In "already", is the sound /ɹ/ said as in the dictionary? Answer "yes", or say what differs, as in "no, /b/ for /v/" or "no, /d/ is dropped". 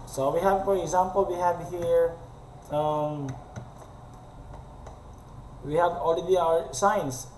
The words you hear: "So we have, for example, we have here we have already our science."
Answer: no, /l/ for /ɹ/